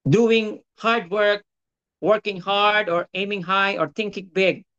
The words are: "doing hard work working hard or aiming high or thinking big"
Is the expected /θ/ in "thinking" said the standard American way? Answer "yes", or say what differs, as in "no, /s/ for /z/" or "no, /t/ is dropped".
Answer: no, /t/ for /θ/